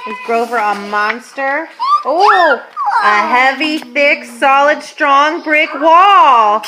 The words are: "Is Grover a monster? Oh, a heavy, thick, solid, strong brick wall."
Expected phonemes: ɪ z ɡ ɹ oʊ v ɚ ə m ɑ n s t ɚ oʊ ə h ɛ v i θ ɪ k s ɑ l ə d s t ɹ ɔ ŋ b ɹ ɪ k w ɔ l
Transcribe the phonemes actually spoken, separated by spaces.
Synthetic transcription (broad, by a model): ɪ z ɡ ɹ oʊ v ɚ ə m ɑ n s t ɚ oʊ ə h ɛ v i θ ɪ k s ɑ l ə d s t ɹ ɔ ŋ b ɹ ɪ k w ɔ l